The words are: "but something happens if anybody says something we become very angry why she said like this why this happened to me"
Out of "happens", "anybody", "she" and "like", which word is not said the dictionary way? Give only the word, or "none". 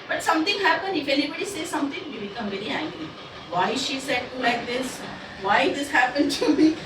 happens